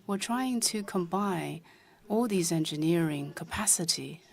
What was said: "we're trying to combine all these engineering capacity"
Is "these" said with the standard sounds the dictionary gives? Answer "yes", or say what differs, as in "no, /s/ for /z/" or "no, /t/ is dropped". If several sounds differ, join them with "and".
yes